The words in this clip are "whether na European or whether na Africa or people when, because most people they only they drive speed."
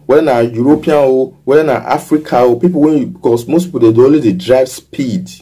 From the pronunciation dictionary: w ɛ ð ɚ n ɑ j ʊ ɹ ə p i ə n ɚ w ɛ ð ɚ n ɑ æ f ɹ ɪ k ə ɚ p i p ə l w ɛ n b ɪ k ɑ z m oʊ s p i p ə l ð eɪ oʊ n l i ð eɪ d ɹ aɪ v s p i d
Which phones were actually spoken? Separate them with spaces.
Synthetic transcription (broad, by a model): w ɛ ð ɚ n ɑ j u ɹ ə p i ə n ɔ w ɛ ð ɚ n ɑ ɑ f ɹ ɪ k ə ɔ p i p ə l w ɛ n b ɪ k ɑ s m oʊ s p i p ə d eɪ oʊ l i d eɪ d ɹ aɪ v s p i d